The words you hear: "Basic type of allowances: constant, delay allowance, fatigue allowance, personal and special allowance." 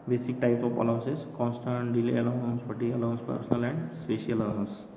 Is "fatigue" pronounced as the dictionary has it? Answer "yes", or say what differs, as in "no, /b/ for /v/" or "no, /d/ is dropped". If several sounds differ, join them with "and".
no, /ɡ/ is dropped